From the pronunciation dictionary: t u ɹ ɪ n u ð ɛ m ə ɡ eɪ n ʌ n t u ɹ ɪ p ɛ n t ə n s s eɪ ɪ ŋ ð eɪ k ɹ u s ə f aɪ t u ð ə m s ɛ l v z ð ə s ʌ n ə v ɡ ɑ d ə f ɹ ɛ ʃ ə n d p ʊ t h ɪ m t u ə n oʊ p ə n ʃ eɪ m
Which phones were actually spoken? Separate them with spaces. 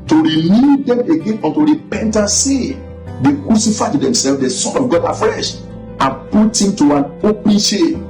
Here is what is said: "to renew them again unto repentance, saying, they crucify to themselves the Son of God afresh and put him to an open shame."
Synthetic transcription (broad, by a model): t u ɹ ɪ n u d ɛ m ə ɡ eɪ n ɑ n t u ɹ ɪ p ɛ n t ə n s s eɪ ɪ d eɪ k ɹ u s ə f aɪ t u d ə m s ɛ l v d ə s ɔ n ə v ɡ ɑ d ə f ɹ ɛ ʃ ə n p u t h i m t u ə n oʊ p ə n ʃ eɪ